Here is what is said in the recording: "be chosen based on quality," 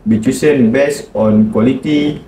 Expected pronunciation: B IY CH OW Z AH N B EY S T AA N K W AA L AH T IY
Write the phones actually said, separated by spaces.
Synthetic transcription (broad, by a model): B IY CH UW S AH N B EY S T AA N K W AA L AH T IY